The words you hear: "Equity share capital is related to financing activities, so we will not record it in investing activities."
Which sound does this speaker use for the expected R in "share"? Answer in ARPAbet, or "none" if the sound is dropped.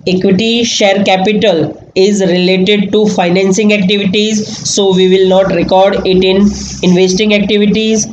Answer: R